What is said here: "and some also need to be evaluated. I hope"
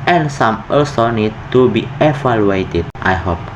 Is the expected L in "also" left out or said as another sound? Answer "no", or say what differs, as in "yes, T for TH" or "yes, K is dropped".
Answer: yes, L is dropped